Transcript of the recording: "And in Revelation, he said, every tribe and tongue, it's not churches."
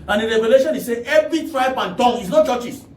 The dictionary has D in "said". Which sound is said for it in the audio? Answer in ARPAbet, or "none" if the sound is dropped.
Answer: none